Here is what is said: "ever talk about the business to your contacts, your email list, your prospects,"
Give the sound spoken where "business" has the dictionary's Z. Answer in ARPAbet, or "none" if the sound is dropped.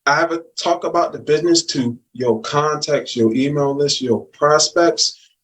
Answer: Z